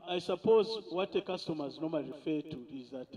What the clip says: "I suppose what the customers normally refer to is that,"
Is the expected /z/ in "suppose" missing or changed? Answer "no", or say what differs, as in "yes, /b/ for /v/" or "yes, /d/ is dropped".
no